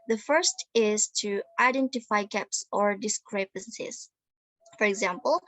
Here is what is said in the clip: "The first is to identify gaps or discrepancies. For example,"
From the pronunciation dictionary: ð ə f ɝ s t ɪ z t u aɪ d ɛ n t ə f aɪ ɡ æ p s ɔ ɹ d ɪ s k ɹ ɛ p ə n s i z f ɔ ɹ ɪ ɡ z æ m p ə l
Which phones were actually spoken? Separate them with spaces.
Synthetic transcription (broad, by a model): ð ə f ɝ s t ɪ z t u aɪ d ɛ n t ə f aɪ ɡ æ p s ɔ ɹ d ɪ s k ɹ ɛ p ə n s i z f ɔ ɹ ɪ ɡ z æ m p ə l